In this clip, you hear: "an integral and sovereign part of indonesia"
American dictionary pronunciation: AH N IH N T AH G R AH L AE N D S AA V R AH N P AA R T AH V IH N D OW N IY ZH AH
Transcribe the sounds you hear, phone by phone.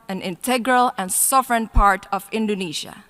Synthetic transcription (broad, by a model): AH N IH N T AH G R AH L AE N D S AA V R AH N P AA R T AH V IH N D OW N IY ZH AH